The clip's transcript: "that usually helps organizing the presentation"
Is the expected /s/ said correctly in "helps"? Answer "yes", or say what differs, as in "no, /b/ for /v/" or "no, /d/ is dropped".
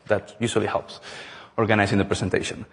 yes